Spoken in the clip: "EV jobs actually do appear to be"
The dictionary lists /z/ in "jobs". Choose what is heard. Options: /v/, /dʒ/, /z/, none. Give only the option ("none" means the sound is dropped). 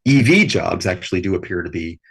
/z/